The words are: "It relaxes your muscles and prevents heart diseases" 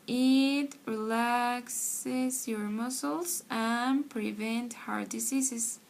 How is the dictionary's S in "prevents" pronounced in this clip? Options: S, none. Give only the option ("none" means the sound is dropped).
none